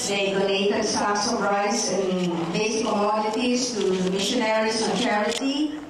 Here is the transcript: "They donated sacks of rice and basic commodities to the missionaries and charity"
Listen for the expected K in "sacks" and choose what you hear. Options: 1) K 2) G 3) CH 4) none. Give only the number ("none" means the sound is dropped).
4